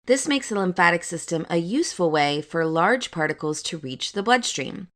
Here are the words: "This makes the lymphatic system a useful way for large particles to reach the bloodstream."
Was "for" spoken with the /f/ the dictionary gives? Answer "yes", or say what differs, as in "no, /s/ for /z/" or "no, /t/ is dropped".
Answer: yes